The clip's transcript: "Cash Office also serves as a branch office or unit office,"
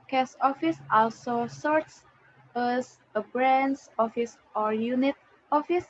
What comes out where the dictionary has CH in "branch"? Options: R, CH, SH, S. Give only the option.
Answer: S